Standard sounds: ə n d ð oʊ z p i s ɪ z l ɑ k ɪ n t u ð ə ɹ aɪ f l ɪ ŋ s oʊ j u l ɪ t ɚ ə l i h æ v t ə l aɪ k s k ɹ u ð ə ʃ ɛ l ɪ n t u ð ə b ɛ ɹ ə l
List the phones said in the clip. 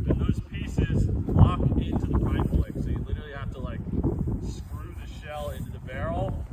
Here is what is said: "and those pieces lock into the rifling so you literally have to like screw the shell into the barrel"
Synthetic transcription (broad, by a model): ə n ð oʊ z p i s ɪ z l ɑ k ɪ n t u ð ə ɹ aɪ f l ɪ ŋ s oʊ j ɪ l ɪ t ɚ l i h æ f t ə l aɪ k s k ɹ u ð ə ʃ ɛ l ɪ n t u ð ə b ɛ ɹ l